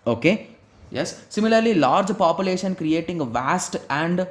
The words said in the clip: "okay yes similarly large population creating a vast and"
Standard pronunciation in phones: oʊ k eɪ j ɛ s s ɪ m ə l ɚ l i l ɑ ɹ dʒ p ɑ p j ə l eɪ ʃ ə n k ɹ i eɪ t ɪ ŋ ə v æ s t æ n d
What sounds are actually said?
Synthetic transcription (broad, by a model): oʊ k eɪ j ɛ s s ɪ m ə l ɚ l i l ɑ ɹ dʒ p ɑ p j ə l eɪ ʃ ə n k ɹ i eɪ t ɪ ŋ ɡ v æ s t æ n d